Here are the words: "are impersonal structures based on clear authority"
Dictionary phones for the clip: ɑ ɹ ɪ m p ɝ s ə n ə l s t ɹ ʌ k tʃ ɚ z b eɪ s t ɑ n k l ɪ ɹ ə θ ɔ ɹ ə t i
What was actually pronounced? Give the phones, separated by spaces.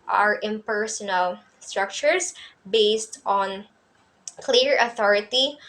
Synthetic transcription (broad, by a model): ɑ ɹ ɪ m p ɝ s ə n ə l s t ɹ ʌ k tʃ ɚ s b eɪ s t ɑ n k l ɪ ɹ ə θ ɔ ɹ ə t i